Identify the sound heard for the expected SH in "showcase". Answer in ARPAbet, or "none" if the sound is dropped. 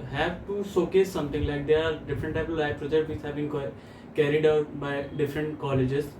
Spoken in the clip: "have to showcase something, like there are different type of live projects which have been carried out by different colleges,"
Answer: S